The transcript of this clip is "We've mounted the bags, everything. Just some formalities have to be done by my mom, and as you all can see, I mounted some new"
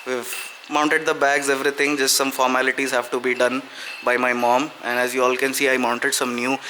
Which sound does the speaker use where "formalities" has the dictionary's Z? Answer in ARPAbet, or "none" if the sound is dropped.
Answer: Z